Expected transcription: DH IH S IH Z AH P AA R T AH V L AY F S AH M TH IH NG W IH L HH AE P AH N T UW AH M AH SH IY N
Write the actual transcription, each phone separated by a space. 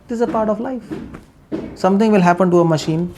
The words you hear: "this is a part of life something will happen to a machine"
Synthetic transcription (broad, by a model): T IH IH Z AH P AA R T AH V L AY F S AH M T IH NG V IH L HH AE P AH N T UW AH M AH SH IY N